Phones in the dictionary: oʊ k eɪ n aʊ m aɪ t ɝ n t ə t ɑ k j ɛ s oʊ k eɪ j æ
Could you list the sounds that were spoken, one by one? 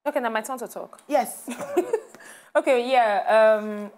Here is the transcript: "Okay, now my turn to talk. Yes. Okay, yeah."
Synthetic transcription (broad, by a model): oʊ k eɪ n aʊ m aɪ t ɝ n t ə t ɑ k j ɛ s oʊ k eɪ j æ